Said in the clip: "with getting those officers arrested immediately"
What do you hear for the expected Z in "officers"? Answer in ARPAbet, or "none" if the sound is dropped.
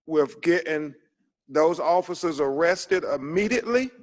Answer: Z